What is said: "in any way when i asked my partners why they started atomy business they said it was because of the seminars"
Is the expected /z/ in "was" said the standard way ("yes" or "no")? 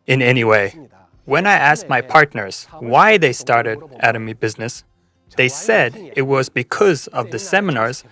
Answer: yes